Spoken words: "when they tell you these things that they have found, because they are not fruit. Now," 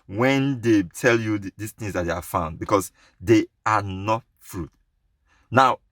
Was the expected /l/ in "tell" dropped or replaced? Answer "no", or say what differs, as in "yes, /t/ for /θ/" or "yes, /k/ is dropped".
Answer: no